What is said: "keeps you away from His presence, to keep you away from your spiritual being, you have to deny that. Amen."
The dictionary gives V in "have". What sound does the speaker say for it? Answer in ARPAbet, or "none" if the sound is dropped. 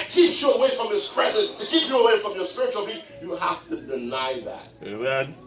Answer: F